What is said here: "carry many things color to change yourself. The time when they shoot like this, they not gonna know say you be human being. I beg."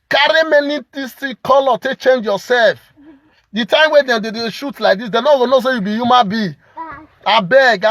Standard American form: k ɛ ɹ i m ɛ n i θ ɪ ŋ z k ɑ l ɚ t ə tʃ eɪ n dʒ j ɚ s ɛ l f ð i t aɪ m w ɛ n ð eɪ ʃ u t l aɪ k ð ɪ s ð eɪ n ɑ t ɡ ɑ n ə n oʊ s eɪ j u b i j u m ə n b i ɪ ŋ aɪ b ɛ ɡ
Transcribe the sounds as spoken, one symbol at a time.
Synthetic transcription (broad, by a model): k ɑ ɹ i m ɛ n i t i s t k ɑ l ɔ t ə tʃ eɪ n dʒ j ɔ s ɛ l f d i t aɪ m w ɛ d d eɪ ʃ u t l aɪ k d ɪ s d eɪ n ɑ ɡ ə n oʊ s eɪ j u b i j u m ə n b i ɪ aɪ b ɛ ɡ